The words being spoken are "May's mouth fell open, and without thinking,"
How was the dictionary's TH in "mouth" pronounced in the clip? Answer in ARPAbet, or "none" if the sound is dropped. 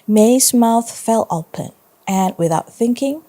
TH